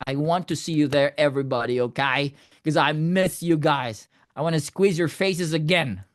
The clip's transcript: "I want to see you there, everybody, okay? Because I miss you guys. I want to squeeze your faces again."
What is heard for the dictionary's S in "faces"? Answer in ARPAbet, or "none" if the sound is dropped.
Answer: S